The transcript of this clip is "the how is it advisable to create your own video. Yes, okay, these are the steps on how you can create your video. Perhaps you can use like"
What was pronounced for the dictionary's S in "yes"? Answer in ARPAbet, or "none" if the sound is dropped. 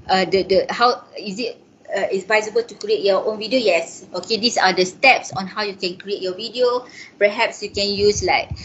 S